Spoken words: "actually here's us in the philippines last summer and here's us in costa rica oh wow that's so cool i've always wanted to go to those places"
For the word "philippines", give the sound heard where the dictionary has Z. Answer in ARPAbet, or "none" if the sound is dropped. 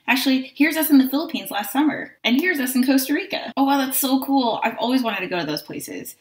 Z